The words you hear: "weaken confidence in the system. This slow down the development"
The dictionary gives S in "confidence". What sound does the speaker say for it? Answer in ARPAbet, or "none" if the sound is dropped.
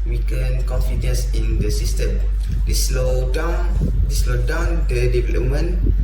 S